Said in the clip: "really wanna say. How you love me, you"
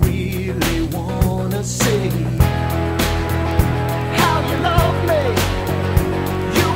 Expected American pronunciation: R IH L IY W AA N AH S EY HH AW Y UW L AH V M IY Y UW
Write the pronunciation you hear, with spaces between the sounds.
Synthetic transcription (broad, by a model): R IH L IY W AA N AH S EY HH AW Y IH N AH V M IY Y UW